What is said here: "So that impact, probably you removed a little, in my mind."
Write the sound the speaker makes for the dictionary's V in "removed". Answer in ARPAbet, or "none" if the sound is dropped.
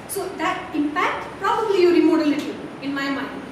none